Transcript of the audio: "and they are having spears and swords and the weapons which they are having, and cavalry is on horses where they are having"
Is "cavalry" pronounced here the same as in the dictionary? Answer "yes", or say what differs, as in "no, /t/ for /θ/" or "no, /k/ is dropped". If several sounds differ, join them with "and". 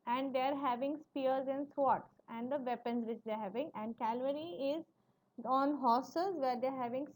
no, /l/ is dropped